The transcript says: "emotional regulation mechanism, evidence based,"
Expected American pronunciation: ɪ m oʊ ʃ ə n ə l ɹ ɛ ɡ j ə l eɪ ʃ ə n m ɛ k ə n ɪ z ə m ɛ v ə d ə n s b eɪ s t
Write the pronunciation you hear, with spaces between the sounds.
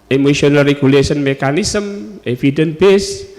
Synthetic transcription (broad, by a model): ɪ m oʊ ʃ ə n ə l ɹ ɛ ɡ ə l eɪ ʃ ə n m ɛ k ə n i s ə m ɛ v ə d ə n b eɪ s